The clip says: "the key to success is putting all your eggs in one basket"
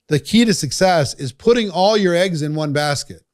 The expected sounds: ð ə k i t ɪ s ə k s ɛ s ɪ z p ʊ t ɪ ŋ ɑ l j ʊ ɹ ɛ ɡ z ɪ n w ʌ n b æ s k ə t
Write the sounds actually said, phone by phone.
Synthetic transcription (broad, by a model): ð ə k i t ɪ s ə k s ɛ s ɪ z p ʊ t ɪ ŋ ɑ l j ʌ ɹ ɛ ɡ z ɪ n w ʌ n b æ s k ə t